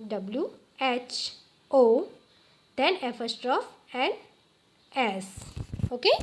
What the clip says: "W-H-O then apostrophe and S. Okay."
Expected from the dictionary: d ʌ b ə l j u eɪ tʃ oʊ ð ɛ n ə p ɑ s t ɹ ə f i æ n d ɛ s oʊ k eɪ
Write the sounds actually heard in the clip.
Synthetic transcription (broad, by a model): d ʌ b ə l j u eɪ tʃ oʊ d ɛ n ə f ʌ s t ɹ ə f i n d ɛ s oʊ k eɪ